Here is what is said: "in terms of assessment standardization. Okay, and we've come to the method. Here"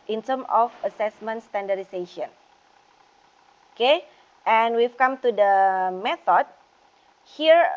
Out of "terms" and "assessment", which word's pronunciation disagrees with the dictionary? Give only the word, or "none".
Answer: terms